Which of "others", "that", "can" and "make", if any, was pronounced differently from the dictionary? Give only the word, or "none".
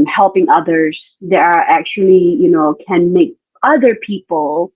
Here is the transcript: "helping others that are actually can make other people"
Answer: none